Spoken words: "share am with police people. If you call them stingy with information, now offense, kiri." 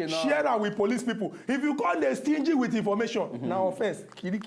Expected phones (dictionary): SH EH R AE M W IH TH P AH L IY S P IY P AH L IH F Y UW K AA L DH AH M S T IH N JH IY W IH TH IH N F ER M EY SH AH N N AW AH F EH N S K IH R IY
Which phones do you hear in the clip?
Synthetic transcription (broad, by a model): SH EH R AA W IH P AH L IY S P IY P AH IH F Y UW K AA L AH S T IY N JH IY W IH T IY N F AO M EY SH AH N N AW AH F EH S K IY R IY